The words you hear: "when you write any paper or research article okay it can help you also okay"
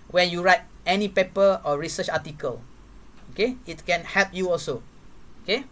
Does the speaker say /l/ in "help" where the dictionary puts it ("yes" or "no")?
yes